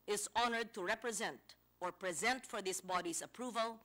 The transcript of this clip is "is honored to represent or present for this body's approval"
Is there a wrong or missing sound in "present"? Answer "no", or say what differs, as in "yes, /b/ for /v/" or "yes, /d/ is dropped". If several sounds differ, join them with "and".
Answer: no